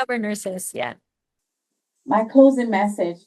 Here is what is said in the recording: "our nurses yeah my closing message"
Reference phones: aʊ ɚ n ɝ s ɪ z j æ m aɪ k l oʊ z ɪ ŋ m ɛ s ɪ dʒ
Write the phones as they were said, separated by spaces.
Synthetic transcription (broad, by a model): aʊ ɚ n ɝ s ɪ s j æ m aɪ k l oʊ z ɪ ŋ m ɛ s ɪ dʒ